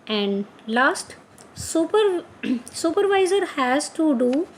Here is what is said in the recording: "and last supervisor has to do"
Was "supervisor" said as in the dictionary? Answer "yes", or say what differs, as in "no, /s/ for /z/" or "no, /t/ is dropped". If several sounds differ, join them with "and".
yes